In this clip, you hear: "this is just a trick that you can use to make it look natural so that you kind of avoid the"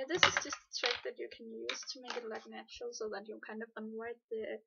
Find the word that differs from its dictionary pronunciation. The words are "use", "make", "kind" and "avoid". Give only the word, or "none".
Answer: avoid